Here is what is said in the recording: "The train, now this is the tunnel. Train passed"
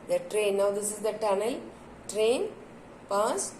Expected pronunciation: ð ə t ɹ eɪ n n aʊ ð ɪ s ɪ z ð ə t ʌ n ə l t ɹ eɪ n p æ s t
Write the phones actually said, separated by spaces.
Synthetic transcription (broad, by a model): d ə t ɹ eɪ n n aʊ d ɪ s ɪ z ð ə t ʌ n ə l t ɹ eɪ n p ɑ s